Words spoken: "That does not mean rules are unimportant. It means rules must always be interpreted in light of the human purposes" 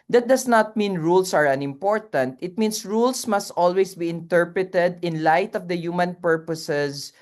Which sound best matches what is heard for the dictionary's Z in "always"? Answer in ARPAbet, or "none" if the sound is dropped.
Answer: S